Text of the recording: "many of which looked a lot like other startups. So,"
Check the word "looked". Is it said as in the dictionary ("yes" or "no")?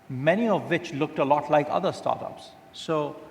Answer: yes